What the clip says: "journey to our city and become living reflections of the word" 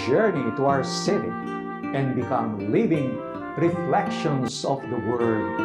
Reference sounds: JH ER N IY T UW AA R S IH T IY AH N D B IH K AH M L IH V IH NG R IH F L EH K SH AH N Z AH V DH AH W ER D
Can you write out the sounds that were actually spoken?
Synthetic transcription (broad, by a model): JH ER N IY T UW AA R S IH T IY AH N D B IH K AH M L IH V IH NG R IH F L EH K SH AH N S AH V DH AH W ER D